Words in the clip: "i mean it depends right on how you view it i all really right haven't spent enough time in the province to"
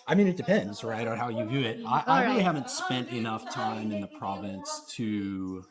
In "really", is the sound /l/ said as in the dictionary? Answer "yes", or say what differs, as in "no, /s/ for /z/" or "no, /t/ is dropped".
no, /l/ is dropped